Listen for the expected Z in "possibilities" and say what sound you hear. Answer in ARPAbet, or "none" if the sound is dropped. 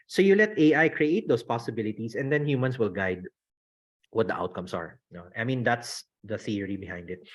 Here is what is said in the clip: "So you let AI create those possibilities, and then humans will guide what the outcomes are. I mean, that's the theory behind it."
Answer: S